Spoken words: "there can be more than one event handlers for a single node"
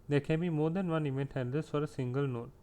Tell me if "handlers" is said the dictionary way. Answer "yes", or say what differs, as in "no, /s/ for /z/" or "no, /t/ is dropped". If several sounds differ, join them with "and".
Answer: no, /l/ is dropped and /s/ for /z/